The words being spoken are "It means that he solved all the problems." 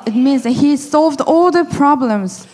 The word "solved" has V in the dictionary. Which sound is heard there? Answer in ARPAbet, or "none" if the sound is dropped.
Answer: V